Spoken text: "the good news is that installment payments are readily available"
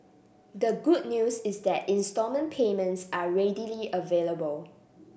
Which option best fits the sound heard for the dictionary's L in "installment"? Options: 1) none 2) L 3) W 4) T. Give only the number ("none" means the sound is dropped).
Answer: 1